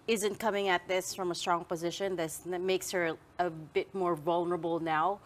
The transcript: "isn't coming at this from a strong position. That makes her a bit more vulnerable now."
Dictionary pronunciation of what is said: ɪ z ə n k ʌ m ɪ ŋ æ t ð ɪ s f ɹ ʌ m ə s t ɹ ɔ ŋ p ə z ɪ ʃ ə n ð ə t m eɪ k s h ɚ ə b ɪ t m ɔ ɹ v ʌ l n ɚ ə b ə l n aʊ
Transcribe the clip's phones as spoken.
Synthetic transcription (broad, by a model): ɪ z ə n k ʌ m ɪ ŋ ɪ t ð ɪ s f ɹ ʌ m ə s t ɹ ɔ ŋ p ə z ɪ ʃ ə n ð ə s m eɪ k s h ɚ ə b ɪ t m ɔ ɹ v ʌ l n ɚ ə b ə l n aʊ